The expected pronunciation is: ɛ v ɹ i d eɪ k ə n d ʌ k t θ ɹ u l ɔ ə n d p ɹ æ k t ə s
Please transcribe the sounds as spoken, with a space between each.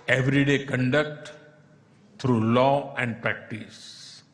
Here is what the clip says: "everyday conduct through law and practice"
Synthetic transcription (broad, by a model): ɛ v ɹ i d eɪ k ə n d ʌ k t t ɹ u l ɔ ə n d p ɹ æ k t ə s